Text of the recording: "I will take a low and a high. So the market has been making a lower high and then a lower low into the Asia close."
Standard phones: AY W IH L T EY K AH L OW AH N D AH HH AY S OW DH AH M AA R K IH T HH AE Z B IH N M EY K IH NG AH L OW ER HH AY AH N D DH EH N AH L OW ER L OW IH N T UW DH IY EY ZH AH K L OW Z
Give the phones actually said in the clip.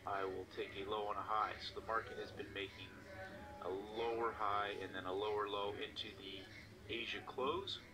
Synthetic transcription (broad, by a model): AY W IH L T EY K AH L OW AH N AH HH AY S OW DH AH M AA R K IH T HH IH Z B IH N M EY K IH NG AH L OW ER HH AY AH N DH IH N AH L OW ER L OW IH N T UW DH IY EY ZH AH K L OW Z